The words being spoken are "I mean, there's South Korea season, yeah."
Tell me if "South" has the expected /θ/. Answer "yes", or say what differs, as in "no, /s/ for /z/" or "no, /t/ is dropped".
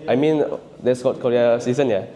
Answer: no, /t/ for /θ/